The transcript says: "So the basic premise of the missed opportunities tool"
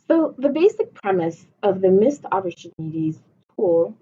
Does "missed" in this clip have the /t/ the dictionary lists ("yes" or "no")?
yes